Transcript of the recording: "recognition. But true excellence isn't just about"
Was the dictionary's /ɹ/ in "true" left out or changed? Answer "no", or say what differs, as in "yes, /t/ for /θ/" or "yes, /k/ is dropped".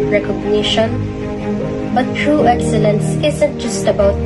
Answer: no